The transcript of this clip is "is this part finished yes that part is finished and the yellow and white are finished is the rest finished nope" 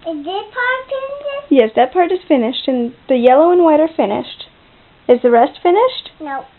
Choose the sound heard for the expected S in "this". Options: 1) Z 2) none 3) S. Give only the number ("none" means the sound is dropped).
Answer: 2